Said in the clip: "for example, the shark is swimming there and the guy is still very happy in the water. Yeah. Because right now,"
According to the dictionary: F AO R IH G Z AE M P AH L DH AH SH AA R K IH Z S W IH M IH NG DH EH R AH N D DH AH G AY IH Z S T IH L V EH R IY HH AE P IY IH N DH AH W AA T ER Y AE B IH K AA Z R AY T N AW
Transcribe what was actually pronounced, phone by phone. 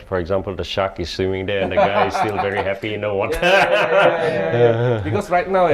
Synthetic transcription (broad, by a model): F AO R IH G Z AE M P AH L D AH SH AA K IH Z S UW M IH NG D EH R AH N D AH G AY IH Z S S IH L V EH R IY HH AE P IY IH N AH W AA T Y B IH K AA S R AY T N AW